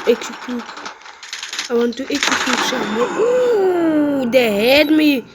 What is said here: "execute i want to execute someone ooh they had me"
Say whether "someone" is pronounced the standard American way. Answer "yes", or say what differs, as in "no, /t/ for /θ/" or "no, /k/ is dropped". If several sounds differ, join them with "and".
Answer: no, /n/ is dropped